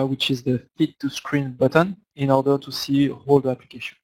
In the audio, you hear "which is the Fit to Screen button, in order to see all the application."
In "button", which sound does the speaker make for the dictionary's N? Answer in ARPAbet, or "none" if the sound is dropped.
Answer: N